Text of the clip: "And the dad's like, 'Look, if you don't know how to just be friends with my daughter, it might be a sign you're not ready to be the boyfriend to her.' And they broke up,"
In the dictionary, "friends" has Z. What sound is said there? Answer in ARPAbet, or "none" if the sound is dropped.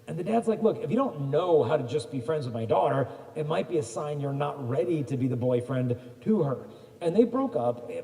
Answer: Z